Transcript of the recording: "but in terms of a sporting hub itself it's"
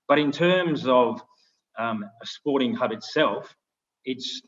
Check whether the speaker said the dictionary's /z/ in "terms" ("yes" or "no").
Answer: yes